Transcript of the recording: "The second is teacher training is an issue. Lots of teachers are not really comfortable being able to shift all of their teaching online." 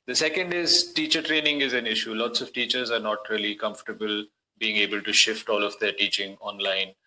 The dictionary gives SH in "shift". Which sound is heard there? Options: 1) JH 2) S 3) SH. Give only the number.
3